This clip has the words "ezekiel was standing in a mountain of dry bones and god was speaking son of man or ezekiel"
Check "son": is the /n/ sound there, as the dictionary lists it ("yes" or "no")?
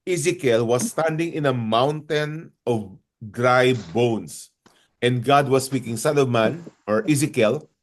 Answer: no